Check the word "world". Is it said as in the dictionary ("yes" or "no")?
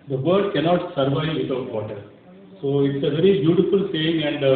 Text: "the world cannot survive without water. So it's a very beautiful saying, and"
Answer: no